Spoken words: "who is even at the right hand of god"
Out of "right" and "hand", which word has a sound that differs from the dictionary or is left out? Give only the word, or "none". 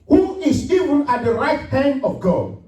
hand